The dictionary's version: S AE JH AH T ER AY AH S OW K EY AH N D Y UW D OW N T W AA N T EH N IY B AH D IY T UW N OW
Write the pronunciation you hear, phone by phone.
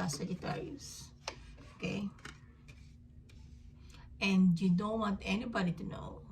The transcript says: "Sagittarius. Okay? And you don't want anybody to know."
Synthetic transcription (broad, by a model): S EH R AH T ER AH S OW K EY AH N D Y UW D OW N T W AA N T EH N IY B AH D IY T UW N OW